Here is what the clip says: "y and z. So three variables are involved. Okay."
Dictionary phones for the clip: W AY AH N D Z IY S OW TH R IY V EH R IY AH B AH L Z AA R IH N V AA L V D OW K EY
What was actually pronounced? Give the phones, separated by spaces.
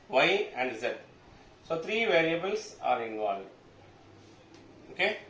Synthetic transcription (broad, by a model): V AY AH N D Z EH S OW T R IY V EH R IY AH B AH L S AA R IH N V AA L D OW K EY